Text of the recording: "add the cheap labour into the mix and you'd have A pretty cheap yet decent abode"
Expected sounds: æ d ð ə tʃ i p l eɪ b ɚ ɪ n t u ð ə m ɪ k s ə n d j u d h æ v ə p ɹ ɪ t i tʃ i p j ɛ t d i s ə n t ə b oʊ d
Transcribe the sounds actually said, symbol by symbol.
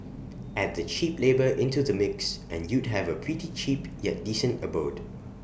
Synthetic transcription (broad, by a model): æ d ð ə tʃ i p l eɪ b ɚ ɪ n t u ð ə m ɪ k s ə n j u d h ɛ v ə p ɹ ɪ t i tʃ i p j ɛ t d i s ə n t ə b oʊ d